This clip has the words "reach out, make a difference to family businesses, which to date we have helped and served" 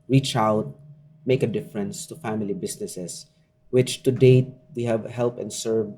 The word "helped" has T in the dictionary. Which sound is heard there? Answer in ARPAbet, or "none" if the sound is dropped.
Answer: none